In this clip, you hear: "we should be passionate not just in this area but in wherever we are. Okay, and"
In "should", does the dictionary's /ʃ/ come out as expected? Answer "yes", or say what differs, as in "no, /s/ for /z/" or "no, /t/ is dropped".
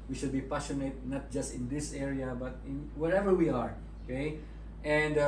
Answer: yes